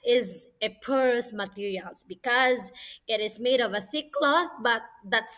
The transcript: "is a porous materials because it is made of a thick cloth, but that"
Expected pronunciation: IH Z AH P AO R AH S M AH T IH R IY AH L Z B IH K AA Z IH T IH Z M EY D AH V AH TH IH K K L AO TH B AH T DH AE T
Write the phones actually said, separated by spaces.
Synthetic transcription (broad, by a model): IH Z AH P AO R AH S M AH T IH R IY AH L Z B IH K AA Z IH T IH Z M EY D AH V AH TH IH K K L AO TH B AH T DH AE T